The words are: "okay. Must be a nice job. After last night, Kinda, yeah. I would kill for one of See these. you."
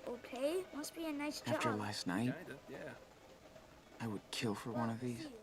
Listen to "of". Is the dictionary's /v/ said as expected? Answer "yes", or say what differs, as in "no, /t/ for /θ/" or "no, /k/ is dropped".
yes